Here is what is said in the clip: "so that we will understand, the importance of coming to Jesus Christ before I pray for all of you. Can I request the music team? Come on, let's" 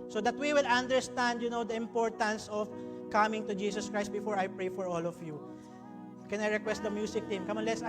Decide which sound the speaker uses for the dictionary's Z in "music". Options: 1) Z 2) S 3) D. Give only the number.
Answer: 2